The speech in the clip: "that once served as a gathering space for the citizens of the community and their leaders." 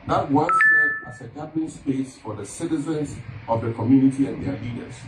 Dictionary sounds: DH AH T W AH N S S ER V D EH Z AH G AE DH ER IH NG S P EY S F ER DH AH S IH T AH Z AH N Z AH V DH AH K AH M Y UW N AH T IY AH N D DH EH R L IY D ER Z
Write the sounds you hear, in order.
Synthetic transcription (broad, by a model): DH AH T W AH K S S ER D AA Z AH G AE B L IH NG S P EY S F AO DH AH S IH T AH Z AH N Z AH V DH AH K AH M Y UW N AH T IY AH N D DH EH L IY D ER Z